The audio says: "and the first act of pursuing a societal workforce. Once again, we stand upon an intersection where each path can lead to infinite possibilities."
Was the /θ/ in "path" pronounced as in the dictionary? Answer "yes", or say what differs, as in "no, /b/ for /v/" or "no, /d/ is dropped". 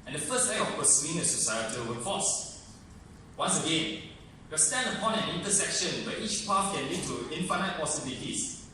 no, /f/ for /θ/